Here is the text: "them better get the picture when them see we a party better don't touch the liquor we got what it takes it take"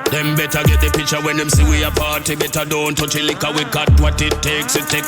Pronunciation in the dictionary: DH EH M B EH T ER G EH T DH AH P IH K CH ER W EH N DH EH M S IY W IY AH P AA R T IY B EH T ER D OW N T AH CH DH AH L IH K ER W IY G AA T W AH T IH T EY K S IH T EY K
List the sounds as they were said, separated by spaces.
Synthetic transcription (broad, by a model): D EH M B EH T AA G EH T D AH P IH CH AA W EH N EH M S IY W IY AH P AA T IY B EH T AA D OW N T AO CH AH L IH K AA W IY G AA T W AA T IH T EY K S IH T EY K